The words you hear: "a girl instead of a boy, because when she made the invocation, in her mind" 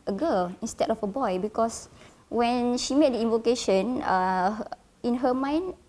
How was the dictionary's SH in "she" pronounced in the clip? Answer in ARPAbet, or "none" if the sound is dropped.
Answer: SH